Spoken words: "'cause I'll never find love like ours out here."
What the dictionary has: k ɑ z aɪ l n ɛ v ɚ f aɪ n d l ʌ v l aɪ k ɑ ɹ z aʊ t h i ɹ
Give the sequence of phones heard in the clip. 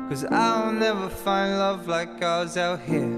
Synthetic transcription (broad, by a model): k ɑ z aɪ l n ɛ v ɚ f aɪ n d l ʌ v l aɪ k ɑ w z aʊ t h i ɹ